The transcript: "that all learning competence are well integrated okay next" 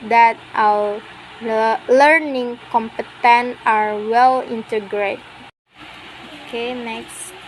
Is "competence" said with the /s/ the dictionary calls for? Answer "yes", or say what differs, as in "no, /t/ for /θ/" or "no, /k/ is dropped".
no, /s/ is dropped